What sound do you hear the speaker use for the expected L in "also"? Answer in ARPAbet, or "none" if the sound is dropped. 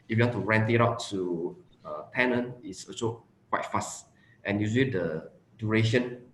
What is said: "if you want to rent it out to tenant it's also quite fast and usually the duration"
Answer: none